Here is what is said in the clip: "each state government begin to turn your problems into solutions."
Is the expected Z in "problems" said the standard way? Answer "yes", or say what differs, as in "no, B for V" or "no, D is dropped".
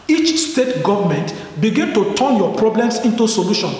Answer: no, S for Z